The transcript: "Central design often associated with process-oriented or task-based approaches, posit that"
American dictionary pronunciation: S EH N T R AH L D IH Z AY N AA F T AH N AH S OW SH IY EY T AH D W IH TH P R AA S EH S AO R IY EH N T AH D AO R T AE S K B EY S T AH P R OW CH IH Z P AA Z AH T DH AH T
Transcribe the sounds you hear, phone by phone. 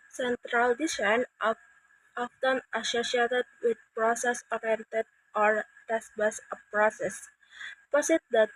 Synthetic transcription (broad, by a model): S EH N T R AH L D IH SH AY N AA F T AH N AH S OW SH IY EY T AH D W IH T P R AA S EH S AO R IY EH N T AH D AO R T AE S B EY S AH P R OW S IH S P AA S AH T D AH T